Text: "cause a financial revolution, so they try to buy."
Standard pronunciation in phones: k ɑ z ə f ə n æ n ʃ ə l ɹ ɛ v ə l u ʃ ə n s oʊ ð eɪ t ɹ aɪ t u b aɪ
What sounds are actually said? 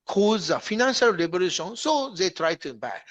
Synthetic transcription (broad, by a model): k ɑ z ə f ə n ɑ n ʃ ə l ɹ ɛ b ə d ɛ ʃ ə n s oʊ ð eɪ t ɹ aɪ t u b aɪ